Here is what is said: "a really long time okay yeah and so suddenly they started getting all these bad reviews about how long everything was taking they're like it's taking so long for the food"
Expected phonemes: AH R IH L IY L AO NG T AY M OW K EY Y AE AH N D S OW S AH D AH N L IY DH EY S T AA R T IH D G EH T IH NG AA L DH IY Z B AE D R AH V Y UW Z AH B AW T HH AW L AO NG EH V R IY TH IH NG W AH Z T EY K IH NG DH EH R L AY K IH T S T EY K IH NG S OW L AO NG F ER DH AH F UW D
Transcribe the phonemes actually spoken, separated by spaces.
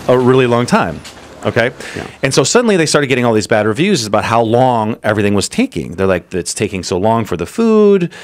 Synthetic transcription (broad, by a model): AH R IH L IY L AO NG T AY M OW K EY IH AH N S OW S AH D N L IY DH EY S T AA R T IH D G EH T IH NG AA L DH IY Z B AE D R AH V Y UW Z AH B AW T HH AW L AO NG EH V R IY TH IH NG W AH Z T EY K IH NG DH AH R L AY K IH T S T EY K IH NG S OW L AO NG F ER DH AH F UW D